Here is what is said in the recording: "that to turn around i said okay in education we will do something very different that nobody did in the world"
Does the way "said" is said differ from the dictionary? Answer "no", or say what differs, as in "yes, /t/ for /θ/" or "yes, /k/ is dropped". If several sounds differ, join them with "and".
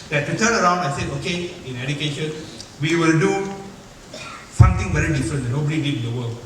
yes, /d/ is dropped